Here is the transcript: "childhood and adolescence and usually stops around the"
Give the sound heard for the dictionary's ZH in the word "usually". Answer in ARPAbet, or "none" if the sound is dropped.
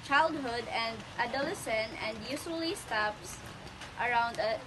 S